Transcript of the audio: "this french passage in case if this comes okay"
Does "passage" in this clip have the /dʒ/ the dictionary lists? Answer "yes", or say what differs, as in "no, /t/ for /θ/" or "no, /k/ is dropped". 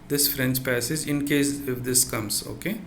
yes